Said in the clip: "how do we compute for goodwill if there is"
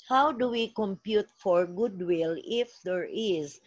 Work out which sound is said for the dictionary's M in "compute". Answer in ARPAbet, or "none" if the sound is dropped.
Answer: M